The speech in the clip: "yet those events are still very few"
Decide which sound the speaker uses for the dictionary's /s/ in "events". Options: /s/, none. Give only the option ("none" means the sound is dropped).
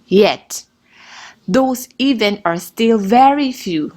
none